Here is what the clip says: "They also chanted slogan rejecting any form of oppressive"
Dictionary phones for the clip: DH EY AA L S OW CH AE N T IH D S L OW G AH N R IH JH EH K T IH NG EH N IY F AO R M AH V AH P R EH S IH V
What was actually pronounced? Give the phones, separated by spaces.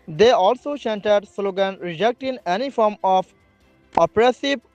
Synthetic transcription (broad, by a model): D EY AA L S OW S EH N T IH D S L OW G AH N R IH JH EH K T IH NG EH N IY F AO R M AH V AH P R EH S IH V